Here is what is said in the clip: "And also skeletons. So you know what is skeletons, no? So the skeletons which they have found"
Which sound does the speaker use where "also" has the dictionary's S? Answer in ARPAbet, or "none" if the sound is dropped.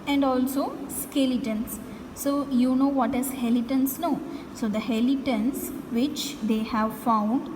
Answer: S